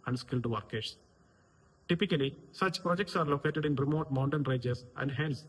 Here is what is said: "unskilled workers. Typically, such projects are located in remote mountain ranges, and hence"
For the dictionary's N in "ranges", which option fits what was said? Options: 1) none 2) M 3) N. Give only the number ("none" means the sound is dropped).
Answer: 1